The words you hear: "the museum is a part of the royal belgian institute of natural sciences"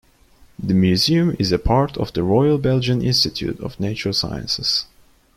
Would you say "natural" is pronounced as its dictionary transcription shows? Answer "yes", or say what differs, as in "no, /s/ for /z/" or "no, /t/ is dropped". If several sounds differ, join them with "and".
no, /ɹ/ is dropped